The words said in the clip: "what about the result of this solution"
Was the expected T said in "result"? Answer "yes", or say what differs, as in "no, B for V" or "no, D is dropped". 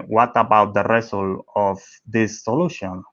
no, T is dropped